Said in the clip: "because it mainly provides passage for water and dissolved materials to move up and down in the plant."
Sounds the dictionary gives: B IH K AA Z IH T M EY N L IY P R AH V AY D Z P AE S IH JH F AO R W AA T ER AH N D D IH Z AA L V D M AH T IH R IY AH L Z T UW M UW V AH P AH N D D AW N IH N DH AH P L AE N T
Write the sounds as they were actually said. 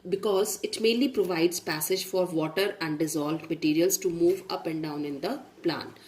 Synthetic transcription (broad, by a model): B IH K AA Z IH T M EY N L IY P R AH V AY D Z P AE S IH JH F AO R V AA T ER AH N D D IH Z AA L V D M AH T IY R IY AH L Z T UW M UW V AH P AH N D D AW N IH N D AH P L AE N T